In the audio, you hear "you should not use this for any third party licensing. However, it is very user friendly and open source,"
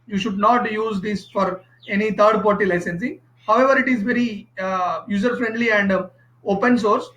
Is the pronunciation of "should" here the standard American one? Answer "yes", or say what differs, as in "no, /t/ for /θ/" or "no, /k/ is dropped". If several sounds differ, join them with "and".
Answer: yes